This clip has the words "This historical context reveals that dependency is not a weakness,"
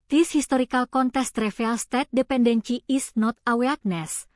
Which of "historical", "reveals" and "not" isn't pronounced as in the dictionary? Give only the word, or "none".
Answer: reveals